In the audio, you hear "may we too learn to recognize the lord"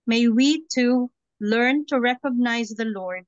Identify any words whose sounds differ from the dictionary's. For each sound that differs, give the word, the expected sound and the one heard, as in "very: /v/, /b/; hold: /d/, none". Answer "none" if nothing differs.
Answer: none